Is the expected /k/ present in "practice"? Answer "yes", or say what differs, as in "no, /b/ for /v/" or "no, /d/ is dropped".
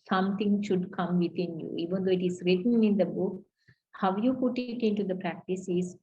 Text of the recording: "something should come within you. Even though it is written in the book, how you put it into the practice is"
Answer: yes